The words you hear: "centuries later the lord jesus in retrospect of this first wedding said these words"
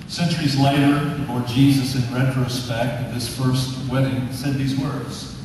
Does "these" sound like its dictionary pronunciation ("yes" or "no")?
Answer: yes